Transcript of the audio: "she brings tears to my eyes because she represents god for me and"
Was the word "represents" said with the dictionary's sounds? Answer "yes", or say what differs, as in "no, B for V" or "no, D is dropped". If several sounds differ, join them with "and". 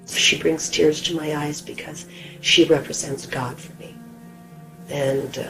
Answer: yes